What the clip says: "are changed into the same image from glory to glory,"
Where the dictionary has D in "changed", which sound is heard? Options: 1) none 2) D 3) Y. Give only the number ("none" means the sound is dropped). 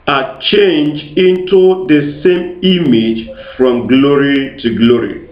1